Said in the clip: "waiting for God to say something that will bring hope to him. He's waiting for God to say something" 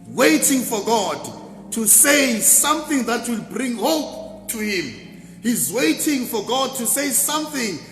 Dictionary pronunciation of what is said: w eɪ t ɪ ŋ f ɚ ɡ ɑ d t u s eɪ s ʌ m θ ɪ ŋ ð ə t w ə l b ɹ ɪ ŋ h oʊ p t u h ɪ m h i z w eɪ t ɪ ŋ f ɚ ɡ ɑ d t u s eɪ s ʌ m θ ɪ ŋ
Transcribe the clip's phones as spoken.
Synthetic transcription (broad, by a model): w eɪ t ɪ ŋ f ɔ ɡ ɑ d t u s eɪ s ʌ m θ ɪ ŋ ð ə t w ə l b ɹ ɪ ŋ h oʊ p t u h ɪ m h i z w eɪ t ɪ ŋ f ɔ ɡ ɑ d t u s eɪ s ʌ m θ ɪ ŋ